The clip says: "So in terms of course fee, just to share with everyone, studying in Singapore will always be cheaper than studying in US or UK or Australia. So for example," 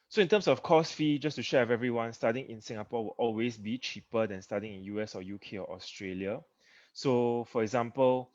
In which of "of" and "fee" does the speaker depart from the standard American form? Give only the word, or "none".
of